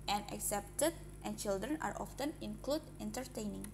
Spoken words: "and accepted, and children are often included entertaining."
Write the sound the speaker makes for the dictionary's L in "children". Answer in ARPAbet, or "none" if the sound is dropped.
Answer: L